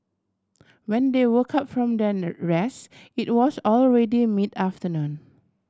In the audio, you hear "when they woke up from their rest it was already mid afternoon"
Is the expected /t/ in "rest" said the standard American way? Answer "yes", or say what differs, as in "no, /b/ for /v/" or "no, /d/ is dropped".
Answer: no, /t/ is dropped